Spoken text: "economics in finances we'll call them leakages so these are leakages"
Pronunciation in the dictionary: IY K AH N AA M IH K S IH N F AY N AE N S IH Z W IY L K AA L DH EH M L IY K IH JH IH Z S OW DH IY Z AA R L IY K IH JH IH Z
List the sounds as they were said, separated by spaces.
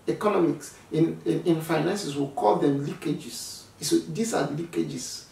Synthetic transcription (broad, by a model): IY K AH N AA M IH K S IH N F AY N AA N S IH S W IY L K AA L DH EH M L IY K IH JH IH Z S OW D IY S AA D L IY K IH JH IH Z